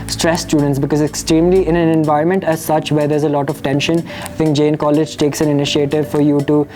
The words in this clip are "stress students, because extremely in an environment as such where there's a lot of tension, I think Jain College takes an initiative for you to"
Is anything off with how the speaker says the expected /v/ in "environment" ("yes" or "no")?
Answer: no